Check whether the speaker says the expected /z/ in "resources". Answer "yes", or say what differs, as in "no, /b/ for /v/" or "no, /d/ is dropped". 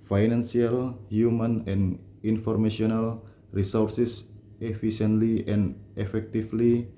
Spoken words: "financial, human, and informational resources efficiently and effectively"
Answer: no, /s/ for /z/